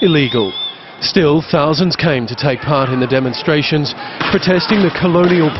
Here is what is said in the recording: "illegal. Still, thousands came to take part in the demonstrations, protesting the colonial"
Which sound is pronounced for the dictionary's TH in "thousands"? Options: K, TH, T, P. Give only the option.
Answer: TH